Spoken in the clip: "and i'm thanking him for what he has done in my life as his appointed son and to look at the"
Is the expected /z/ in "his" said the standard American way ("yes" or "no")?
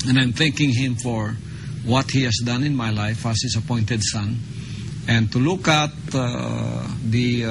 no